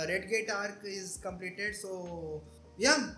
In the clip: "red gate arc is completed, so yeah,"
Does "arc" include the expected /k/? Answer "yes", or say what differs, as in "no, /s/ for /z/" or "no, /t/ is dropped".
yes